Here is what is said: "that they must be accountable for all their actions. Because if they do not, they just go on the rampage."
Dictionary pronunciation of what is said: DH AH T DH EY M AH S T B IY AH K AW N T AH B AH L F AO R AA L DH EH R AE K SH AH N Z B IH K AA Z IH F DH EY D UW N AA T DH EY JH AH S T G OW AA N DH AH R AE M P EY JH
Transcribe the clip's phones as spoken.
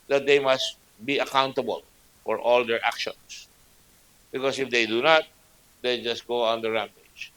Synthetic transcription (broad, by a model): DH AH T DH EY M AH S T B IY AH K AW N T AH B AH L F AO R AA L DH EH R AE K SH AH N S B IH K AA S IH F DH EY D UW N AA T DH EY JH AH S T G OW AA N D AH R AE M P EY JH